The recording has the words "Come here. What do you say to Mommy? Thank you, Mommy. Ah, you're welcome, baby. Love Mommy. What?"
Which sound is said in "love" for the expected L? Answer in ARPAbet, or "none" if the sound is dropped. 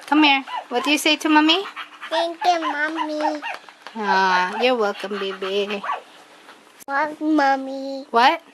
W